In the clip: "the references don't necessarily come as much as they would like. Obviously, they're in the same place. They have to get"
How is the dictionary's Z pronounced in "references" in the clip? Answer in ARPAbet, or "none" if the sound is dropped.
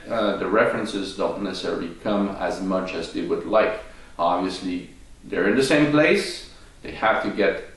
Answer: Z